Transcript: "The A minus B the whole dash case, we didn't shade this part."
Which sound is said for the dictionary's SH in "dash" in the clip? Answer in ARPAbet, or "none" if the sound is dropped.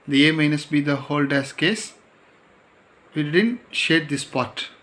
S